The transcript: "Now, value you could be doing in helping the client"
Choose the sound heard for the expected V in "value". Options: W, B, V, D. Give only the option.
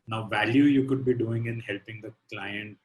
V